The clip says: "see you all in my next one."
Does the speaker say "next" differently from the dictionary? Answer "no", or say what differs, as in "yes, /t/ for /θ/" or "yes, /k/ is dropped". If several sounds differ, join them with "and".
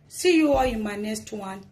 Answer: yes, /k/ is dropped